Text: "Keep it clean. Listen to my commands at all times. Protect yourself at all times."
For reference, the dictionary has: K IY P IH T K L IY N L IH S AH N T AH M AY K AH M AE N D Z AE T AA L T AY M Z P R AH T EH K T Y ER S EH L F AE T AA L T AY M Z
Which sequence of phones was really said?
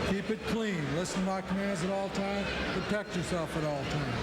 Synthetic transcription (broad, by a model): K IY P IH T K L IY N L IH S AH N M AY K AH M AE N D Z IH T AA L T AY M P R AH T EH K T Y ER S EH L F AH T AA L T AY M